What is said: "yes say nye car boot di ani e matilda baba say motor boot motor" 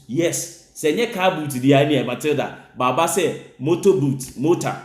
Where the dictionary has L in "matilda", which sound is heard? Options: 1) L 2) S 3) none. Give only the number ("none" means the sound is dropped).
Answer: 3